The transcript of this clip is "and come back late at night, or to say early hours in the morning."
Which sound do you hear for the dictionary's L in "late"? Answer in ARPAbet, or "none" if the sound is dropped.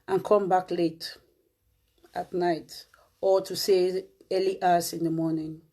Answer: L